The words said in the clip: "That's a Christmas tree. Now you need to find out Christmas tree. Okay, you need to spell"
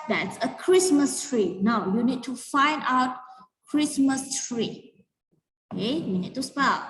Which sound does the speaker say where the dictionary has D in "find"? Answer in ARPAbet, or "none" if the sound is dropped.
D